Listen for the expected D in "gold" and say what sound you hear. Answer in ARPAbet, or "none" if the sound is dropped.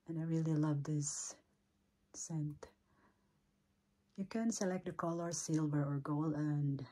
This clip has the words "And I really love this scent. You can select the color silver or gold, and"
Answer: none